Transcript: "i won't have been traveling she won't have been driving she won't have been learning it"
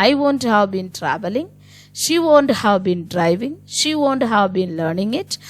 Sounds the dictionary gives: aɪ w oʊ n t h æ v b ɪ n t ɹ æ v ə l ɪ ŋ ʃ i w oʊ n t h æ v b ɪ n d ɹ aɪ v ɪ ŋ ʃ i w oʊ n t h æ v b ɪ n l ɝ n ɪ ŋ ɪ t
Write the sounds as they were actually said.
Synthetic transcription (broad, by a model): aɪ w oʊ n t h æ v b ɪ n t ɹ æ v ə l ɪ ŋ ʃ i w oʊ n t h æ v b ɪ n d ɹ aɪ v ɪ ŋ ʃ i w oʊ n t h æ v b ɪ n l ɝ n ɪ ŋ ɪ t